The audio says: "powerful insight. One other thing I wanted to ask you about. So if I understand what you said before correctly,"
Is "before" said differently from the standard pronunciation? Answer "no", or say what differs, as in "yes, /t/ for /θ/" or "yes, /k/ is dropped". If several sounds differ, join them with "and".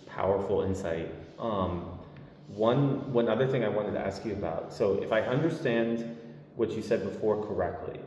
no